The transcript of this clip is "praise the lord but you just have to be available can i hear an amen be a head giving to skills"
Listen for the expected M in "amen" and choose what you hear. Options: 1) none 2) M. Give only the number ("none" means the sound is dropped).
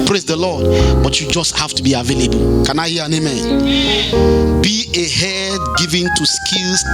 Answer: 2